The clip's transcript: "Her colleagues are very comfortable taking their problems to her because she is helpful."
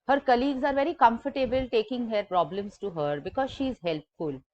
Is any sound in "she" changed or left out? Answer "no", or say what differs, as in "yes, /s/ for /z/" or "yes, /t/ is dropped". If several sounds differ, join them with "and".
no